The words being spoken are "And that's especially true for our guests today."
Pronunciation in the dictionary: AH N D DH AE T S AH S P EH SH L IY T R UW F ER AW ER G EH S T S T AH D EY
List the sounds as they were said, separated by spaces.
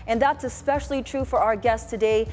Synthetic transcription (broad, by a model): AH N DH AE T S AH S P EH SH L IY T R UW F ER AW ER G EH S S T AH D EY